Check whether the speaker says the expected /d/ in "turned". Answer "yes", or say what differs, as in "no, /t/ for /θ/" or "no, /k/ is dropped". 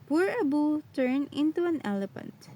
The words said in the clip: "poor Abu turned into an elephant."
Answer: no, /d/ is dropped